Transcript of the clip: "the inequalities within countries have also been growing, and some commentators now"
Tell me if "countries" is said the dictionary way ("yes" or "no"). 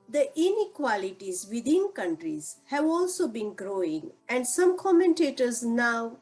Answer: yes